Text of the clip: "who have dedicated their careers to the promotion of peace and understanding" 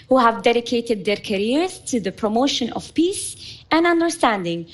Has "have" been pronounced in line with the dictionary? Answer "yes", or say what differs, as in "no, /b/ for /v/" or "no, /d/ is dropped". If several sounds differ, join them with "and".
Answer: yes